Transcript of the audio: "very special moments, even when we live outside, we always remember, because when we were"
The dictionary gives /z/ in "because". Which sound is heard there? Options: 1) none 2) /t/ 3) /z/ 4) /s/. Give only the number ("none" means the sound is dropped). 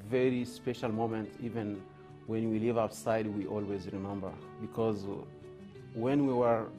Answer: 3